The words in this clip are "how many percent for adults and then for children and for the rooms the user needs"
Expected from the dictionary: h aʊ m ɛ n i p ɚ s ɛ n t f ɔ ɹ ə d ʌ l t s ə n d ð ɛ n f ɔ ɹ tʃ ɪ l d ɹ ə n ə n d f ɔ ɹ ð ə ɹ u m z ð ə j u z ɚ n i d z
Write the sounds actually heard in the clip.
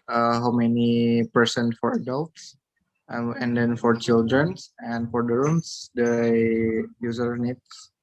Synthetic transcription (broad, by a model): h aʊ m ɛ n i p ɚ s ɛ n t f ɔ ɹ ə d ʌ l t s ə n d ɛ n f ɔ ɹ tʃ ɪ l d ɹ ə n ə n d f ɔ ɹ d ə ɹ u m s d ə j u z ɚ n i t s